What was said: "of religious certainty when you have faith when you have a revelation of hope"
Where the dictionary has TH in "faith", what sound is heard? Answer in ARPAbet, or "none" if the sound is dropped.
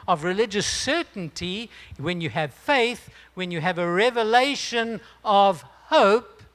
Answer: TH